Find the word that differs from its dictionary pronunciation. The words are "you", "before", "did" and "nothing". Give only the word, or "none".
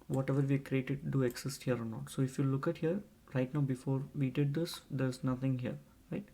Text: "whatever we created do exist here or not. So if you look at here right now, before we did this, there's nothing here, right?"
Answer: nothing